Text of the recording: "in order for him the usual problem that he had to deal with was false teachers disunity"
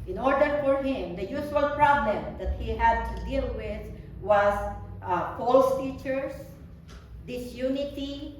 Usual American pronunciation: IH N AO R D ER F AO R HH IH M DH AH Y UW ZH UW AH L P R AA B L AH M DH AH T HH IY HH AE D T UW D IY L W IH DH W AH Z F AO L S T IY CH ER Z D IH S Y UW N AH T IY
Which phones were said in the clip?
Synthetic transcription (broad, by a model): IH N AO R D ER F AO R HH IH M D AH Y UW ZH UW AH L P R AA B L AH M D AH T HH IY HH AE D T UW D IY L W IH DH W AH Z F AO L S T IY CH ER S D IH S Y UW N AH T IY